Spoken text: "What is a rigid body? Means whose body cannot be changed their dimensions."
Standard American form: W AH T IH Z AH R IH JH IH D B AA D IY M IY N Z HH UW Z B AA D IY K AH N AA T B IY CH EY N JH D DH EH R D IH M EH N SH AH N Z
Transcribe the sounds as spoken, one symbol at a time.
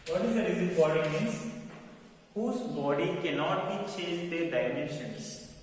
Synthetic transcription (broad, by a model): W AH T IH Z AH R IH Z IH B AA D IY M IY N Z HH UW Z B AA D IY K AH N AA T B IY CH EY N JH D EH D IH M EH N SH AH N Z